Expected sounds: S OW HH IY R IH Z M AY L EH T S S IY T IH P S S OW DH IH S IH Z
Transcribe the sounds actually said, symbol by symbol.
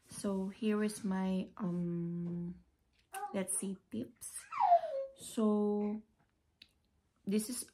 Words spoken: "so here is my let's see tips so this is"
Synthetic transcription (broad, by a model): S OW HH IY R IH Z M AY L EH T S S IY T IH P S S OW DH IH S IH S